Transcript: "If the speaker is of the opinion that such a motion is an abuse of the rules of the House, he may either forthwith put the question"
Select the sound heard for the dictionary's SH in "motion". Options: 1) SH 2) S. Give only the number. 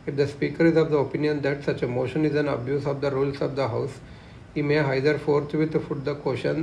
1